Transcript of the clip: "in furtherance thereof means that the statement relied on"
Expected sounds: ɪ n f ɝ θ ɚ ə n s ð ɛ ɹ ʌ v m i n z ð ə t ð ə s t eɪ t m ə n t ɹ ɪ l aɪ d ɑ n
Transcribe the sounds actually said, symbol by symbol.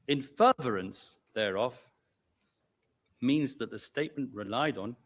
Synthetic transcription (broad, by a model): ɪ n f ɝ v ɚ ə n s ð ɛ ɹ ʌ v m i n z ð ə t ð ə s t eɪ t m ə n t ɹ ɪ l aɪ d n